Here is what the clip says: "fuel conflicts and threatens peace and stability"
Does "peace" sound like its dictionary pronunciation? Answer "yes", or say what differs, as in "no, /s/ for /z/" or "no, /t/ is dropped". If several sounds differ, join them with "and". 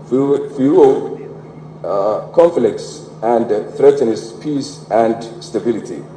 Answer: yes